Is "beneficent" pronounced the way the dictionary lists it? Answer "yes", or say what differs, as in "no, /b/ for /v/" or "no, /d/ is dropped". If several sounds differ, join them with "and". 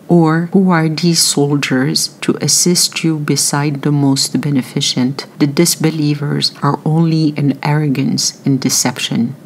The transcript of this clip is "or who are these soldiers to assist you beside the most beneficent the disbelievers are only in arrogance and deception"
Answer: yes